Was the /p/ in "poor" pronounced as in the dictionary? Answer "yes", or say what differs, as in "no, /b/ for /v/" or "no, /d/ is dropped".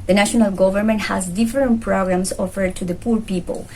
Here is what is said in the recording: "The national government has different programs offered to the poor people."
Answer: yes